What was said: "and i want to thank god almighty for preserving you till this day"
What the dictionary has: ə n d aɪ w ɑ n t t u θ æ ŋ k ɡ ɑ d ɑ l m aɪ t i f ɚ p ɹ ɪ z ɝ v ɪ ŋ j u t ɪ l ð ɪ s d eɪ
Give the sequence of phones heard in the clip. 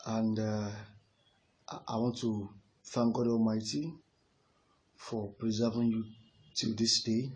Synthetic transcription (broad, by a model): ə n d aɪ w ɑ n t t u f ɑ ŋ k ɡ ɑ d ɑ l m aɪ t i f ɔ p ɹ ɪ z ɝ v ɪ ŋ j u t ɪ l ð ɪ s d eɪ